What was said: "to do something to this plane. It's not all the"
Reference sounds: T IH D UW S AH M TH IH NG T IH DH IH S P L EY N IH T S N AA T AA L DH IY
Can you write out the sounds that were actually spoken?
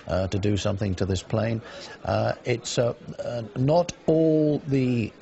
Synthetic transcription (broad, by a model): T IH D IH S AH M TH IH NG T IH DH IH S P L EY N IH T S N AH T AA L DH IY